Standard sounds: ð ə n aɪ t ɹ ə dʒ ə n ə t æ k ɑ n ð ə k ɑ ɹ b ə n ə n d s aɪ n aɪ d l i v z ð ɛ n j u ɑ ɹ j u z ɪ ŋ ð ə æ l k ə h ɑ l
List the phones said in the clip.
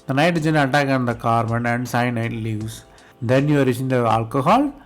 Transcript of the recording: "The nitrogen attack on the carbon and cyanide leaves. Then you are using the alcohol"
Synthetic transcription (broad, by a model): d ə n aɪ t ə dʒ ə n ə t æ k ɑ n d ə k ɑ ɹ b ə n ə n d s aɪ n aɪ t l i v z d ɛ n j u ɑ ɹ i s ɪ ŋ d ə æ l k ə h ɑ l